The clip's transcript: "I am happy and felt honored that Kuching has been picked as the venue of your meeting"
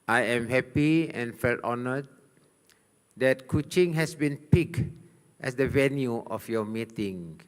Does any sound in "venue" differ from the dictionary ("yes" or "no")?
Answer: no